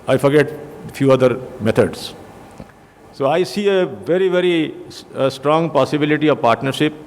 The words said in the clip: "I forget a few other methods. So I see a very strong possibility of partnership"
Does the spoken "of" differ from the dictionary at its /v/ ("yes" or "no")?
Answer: no